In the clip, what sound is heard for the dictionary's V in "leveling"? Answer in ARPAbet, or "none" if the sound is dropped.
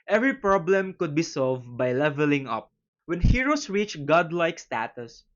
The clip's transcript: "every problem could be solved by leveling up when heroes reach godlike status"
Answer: V